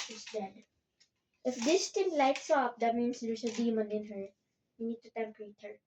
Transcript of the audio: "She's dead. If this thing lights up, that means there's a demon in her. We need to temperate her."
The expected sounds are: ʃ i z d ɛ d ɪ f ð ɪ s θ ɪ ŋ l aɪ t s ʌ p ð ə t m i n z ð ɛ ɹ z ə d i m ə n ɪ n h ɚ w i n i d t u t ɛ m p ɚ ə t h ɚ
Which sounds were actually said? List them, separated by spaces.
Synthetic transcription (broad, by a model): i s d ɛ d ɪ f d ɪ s t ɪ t l aɪ t s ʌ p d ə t m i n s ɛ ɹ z ə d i m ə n ɪ n h ɚ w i n i d t u t ɛ m p ɚ ə t h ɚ